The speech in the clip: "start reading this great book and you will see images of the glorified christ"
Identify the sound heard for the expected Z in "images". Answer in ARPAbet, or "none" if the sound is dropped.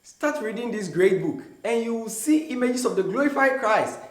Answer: S